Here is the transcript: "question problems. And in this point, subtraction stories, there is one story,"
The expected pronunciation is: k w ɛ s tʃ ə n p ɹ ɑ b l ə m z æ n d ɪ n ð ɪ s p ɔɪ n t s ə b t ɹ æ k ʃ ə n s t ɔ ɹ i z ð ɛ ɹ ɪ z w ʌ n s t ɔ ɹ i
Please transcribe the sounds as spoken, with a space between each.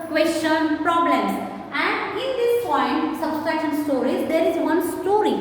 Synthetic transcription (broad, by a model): k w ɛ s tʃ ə n p ɹ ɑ b l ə m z æ n d ɪ n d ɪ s p ɔɪ n t s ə b s ɹ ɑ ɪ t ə n s t ɔ ɹ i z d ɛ ɹ ɪ z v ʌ n s t ɔ ɹ i